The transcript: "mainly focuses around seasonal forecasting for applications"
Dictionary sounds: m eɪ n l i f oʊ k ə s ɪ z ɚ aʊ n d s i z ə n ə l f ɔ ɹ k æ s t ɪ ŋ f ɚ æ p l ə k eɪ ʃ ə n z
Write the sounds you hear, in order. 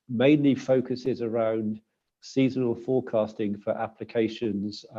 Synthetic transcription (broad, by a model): m eɪ n l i f oʊ k ə s ɪ z ɚ aʊ n d s i z ə n ə l f ɔ k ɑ s t ɪ ŋ f ɚ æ p l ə k eɪ ʃ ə n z